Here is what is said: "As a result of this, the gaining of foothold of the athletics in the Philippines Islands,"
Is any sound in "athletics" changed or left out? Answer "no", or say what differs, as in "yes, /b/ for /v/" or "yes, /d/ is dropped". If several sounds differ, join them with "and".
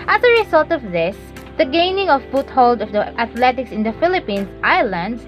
yes, /t/ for /θ/